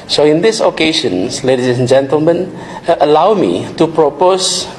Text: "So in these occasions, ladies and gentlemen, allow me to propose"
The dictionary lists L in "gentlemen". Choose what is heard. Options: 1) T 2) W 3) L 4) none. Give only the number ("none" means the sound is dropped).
3